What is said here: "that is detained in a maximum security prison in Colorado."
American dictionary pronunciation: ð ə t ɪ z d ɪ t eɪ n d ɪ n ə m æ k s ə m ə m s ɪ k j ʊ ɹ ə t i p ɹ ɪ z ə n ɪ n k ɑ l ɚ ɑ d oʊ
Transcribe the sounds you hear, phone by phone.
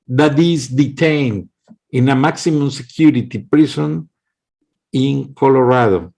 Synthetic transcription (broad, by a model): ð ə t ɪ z d ɪ t eɪ n d ɪ n ə m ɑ k s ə m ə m s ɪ k j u ɹ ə t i p ɹ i s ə n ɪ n k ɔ l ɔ ɑ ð oʊ